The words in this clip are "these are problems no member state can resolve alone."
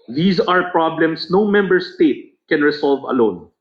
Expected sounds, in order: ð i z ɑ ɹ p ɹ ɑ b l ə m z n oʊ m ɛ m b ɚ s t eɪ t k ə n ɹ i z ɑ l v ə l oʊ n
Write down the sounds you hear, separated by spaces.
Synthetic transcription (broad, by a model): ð i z ɑ ɹ p ɹ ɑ b l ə m s n oʊ m ɛ m b ɚ s t eɪ t k ə n ɹ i s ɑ l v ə l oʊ n